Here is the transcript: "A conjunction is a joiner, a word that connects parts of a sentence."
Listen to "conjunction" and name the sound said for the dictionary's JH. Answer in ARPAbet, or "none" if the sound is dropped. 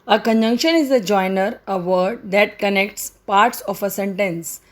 JH